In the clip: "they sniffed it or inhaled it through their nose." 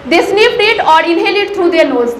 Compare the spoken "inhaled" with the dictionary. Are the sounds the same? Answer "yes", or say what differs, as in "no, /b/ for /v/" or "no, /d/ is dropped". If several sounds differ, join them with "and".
no, /l/ is dropped